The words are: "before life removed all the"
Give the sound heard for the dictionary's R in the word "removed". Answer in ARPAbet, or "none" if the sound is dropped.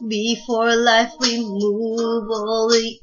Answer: W